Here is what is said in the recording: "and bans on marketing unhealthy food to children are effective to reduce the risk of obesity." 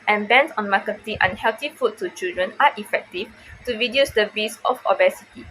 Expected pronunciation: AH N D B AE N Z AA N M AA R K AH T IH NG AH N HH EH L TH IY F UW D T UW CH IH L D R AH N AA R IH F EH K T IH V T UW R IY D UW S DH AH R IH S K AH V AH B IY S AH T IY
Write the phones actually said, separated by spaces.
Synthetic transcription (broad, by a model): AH N B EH N S AA N M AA K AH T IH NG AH N HH EH L T IY F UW T UW CH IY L D R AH N AA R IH F EH K T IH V T UW R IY D UW S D AH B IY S AH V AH B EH S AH T IY